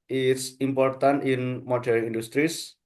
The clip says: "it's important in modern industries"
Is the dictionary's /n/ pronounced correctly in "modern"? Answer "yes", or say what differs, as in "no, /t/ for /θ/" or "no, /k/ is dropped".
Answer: no, /n/ is dropped